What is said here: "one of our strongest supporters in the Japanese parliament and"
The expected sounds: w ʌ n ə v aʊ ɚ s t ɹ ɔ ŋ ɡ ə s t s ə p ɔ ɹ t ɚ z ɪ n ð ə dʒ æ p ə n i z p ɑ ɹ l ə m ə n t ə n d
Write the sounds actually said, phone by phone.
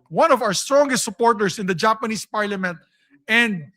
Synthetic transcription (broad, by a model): w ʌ n ə v aʊ ɚ s t ɹ ɔ ŋ ɡ ə s t s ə p ɔ ɹ t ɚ s ɪ n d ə dʒ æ p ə n i s p ɑ ɹ l ə m ə n t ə n d